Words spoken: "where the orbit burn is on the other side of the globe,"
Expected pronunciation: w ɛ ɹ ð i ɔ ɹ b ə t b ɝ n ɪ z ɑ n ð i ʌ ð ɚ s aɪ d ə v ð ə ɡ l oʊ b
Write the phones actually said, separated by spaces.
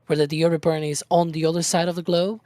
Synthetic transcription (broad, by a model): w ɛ ɹ ð i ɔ ɹ ə b ɝ n ɪ z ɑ n ð i ʌ ð ɚ s aɪ d ə v ð ə ɡ l oʊ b